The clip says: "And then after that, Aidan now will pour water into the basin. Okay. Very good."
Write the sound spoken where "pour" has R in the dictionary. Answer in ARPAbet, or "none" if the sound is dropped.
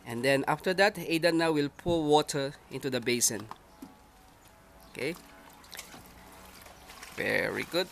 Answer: L